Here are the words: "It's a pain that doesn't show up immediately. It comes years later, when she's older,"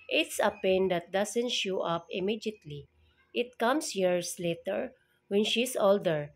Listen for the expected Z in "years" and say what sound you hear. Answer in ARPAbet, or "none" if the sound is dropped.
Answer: S